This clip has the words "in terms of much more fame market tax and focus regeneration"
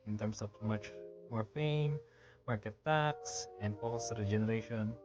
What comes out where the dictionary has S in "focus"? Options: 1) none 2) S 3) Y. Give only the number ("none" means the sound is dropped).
1